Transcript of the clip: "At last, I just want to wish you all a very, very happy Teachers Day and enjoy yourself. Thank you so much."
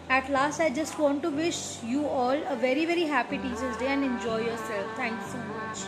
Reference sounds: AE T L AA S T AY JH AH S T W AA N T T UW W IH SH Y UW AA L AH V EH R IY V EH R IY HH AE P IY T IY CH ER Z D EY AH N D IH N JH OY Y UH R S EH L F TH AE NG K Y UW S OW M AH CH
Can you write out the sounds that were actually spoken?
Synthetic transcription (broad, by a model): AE T L AA S T AY JH AH S T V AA N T T UW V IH SH Y UW AA L AH V EH R IY V EH R IY HH AE P IY T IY S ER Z D EY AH N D IH N JH OY Y UH R S EH L F T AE NG K S OW M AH CH